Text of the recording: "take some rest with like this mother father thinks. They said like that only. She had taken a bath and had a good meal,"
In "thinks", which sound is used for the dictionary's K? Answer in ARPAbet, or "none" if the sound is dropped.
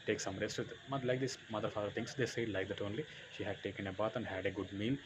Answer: none